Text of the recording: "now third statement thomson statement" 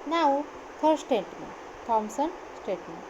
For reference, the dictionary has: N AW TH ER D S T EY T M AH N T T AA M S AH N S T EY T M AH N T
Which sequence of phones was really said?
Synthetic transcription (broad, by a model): N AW F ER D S T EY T M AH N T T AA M S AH N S T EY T M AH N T